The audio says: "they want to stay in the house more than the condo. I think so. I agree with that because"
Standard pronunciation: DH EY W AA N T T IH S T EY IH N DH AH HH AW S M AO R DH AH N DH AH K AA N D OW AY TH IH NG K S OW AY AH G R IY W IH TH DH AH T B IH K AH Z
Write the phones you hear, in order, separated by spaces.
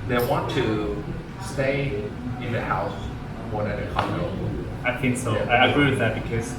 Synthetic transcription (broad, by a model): DH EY W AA N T T IH S T EY IH N DH AH HH AW S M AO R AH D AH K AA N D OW AY TH IH NG K S OW AY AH G R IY W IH DH AH T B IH K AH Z